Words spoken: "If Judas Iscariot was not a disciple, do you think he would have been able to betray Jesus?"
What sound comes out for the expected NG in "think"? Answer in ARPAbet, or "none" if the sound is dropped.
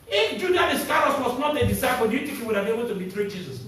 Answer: none